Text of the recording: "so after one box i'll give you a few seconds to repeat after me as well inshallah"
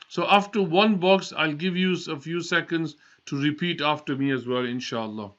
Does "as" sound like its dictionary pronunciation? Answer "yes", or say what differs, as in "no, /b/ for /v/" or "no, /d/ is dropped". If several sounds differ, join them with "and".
yes